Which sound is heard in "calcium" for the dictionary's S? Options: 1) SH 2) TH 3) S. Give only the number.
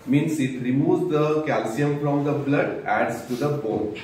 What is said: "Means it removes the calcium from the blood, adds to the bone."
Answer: 3